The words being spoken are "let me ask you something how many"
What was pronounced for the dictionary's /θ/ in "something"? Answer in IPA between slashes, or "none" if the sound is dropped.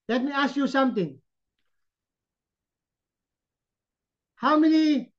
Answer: /t/